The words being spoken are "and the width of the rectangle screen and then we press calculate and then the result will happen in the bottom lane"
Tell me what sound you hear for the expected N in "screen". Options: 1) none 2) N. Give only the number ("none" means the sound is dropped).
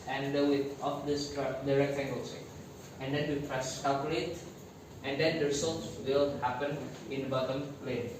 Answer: 1